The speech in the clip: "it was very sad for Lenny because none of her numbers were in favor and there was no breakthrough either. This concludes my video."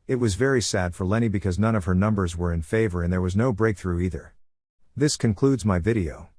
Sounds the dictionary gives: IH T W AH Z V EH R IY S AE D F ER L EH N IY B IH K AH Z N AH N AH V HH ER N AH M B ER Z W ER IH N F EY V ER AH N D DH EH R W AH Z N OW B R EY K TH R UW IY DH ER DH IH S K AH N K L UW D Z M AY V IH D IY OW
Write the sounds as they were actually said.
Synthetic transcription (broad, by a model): IH T W AH Z V EH R IY S AE D F ER L EH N IY B IH K AH Z N AH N AH V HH ER N AH M B ER Z W ER IH N F EY V ER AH N DH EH R W AH Z N OW B R EY K TH R UW IY DH ER DH IH S K AH N K L UW D Z M AY V IH D IY OW